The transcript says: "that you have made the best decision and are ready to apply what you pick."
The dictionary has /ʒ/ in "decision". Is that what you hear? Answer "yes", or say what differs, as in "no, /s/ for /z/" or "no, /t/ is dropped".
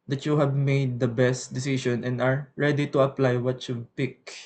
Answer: no, /ʃ/ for /ʒ/